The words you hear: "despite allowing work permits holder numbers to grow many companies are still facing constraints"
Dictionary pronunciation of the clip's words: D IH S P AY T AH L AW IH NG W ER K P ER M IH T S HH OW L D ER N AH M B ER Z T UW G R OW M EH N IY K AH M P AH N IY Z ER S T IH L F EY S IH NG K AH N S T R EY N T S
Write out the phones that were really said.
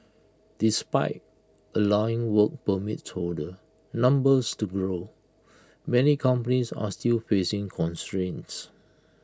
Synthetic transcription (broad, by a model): D IH S P AY T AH L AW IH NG W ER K P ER M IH T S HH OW D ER N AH M B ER S T UW G R OW M EH N IY K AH M P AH N IY S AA S T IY L F EY S IH NG K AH N S T R EY N S